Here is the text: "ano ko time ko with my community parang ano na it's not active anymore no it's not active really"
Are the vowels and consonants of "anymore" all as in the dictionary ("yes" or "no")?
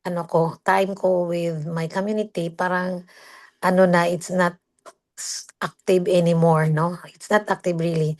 yes